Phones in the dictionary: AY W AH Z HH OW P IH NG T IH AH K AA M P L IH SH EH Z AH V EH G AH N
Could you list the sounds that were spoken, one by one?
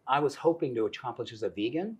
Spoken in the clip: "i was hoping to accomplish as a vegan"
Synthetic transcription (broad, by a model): AY W AH Z HH OW P IH NG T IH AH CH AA P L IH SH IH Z AH V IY G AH N